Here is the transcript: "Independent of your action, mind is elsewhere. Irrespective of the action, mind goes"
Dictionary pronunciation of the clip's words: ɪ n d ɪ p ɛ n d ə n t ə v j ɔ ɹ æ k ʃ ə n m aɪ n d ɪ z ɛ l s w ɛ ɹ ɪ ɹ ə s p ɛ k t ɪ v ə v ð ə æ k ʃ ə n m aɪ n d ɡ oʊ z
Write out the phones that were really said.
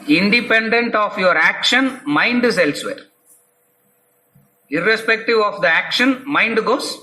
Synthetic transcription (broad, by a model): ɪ n d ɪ p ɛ n d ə n t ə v j ɔ ɹ æ k ʃ ə n m aɪ n d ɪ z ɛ l s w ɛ ɹ ɪ ɹ ə s p ɛ k t ɪ v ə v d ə æ k ʃ ə n m aɪ n d ɡ oʊ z